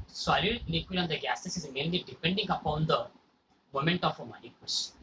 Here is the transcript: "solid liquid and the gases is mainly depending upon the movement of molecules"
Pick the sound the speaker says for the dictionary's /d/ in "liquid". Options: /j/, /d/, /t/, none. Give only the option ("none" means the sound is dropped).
none